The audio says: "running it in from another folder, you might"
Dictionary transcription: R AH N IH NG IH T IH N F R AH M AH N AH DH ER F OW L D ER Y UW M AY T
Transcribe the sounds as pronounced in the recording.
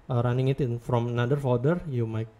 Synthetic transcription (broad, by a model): R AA N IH NG IH T IH N F R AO M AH N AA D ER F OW D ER Y UW M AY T